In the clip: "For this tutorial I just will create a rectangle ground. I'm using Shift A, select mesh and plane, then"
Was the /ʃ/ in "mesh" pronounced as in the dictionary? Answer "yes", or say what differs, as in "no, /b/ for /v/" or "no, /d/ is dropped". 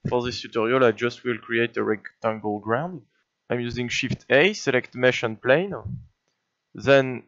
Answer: yes